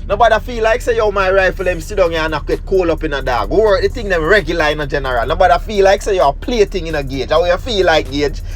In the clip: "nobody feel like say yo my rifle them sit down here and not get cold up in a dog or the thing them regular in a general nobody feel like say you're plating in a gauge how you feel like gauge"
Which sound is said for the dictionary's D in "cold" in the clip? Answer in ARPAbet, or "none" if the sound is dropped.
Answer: none